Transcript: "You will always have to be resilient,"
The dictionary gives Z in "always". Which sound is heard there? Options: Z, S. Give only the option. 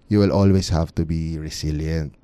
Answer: S